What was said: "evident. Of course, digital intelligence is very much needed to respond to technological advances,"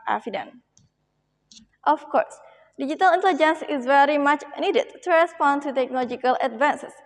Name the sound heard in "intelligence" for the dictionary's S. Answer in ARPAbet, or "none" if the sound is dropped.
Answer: S